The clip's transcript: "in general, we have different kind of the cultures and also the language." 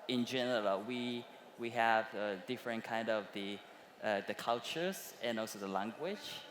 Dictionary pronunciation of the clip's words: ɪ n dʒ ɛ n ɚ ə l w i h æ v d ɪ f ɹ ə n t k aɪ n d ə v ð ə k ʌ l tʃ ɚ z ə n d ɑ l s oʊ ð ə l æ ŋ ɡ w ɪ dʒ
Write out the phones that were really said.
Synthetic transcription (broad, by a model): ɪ n dʒ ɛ n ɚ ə w w i h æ v d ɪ f ɹ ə n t k aɪ n d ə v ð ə k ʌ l tʃ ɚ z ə n ɑ l s oʊ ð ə l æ ŋ ɡ w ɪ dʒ